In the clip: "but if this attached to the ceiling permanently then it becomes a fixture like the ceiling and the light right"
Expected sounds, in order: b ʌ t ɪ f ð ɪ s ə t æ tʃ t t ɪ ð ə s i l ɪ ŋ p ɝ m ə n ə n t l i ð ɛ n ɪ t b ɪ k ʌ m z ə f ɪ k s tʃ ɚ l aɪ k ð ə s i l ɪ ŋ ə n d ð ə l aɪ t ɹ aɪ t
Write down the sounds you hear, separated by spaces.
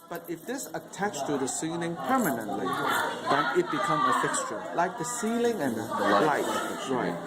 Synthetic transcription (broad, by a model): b ʌ t ɪ f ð ɪ s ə t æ tʃ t t ɪ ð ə s i l ɪ ŋ p ɝ m ə n ə n t l i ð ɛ n ɪ t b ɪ k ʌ m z ə f ɪ k s tʃ ɚ l aɪ k ð ə s i l ɪ ŋ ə n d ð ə l aɪ t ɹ aɪ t